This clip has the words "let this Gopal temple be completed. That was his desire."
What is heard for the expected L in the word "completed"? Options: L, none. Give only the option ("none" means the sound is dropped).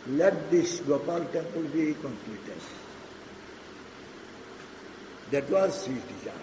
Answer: none